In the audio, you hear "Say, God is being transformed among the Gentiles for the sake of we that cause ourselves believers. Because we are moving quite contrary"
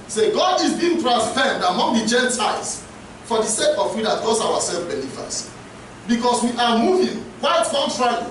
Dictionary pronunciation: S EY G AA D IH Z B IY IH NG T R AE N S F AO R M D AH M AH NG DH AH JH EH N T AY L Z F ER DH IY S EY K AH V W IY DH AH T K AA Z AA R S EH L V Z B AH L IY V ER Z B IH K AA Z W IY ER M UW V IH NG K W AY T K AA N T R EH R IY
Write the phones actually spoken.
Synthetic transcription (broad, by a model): S EY G AA D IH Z B IY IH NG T R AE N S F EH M D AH M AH NG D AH JH EH N T AY L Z F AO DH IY S EY K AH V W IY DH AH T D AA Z AA W S EH L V B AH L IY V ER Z B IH K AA S W IY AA M UW V IH NG K W AY T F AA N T R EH